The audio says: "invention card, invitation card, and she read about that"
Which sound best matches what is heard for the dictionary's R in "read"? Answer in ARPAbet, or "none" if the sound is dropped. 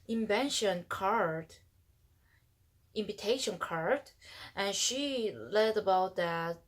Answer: L